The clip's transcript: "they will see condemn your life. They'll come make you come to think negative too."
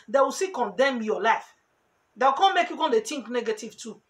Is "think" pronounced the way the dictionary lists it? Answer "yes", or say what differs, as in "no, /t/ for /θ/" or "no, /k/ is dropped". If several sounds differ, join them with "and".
no, /t/ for /θ/